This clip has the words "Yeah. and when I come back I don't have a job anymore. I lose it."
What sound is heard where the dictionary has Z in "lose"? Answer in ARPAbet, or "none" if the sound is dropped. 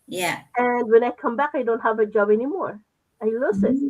S